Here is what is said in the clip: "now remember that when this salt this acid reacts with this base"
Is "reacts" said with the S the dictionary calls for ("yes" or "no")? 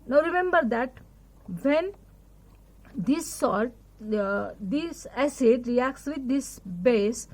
yes